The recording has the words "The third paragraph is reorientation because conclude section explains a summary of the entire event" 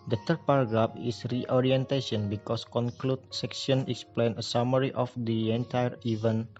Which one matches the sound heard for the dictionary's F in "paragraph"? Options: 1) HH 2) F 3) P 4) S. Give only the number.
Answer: 3